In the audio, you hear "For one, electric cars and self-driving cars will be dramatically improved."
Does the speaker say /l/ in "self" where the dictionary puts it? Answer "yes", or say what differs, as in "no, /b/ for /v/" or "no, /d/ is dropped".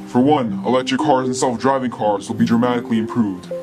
yes